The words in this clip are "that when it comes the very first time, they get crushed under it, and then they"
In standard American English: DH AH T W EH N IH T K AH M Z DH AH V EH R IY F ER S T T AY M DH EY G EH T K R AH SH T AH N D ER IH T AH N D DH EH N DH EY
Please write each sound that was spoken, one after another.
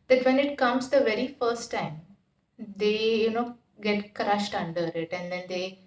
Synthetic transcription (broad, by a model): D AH T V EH N IH T K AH M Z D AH V EH R IY F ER S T T AY M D EY G EH T K R AH SH T AH N D ER IH T AH N D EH N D EY